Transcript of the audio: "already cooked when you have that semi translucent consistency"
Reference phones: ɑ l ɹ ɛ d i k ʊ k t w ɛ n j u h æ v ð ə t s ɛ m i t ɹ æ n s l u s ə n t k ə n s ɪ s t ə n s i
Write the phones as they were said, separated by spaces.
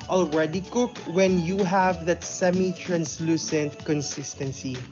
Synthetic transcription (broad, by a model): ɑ l ɹ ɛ d i k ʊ k w ɛ n j u h æ v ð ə t s ɛ m i t ɹ æ n s l u s ə n t k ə n s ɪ s t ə n s i